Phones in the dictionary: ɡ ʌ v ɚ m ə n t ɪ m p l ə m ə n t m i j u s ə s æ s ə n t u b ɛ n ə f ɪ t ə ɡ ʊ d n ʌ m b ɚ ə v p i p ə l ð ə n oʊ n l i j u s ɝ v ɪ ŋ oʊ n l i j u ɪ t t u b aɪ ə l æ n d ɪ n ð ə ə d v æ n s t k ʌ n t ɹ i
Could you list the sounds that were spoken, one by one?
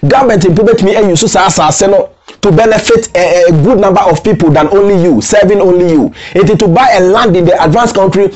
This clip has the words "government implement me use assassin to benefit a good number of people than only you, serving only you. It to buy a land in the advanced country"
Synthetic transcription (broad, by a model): ɡ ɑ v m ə n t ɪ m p ə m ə t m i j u s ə s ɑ s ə n t u b ɛ n ə f ɪ t ɡ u d n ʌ m b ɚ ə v p i p ə l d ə n oʊ n l i j u s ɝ v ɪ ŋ oʊ n l i j u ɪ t t u b aɪ ə l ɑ n d ɪ n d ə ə d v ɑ n s k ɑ n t ɹ i